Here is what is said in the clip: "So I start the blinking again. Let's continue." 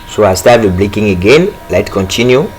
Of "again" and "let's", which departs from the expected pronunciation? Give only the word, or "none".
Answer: let's